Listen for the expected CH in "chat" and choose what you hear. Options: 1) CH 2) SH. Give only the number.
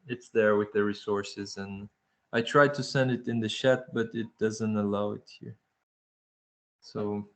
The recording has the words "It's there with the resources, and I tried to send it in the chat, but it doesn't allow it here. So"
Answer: 2